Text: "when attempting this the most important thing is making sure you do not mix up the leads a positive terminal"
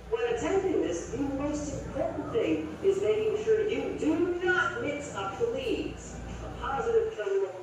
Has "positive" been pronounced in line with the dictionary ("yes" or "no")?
yes